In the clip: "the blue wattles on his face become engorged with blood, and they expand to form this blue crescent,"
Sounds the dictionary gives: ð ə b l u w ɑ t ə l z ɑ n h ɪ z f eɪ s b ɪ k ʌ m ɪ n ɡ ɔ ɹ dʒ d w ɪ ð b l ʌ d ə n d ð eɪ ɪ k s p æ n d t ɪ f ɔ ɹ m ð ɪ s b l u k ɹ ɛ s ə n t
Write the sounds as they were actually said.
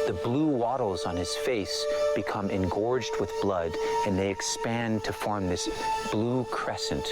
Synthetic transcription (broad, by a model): ð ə b l u w ɑ t l z n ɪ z f eɪ s b ɪ k ʌ m ɪ n ɡ ɔ ɹ dʒ d w ɪ ð b l ʌ d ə n ð eɪ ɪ k s p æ n t ɪ f ɔ ɹ m ð ɪ s b l u k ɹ ɛ s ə n t